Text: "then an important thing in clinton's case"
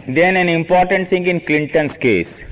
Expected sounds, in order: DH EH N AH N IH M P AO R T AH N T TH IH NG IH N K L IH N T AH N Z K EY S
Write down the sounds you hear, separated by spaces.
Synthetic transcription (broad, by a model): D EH N AH N IH M P AO R T AH N T T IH NG IH N K L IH N T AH N S K EY S